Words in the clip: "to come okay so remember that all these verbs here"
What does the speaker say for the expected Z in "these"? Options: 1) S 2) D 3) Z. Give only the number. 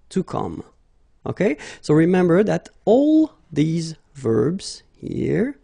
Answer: 3